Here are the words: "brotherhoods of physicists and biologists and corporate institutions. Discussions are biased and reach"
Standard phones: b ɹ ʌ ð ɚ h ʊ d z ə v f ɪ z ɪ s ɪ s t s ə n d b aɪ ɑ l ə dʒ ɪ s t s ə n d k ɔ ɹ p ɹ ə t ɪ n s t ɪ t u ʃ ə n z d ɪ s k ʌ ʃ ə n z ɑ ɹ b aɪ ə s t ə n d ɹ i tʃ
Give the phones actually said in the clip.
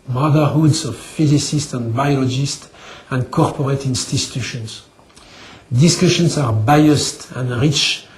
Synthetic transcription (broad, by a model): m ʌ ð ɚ h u d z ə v f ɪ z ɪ s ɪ s t ə n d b aɪ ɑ l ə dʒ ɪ s t ə n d k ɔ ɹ p ɹ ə t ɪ n s t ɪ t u ʃ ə n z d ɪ s k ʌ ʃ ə n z ɑ ɹ b aɪ ə s t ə n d ɹ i tʃ